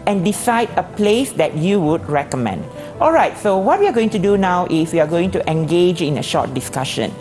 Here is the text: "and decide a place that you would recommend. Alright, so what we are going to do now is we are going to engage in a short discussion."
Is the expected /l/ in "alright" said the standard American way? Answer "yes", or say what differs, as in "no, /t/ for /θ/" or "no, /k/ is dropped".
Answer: yes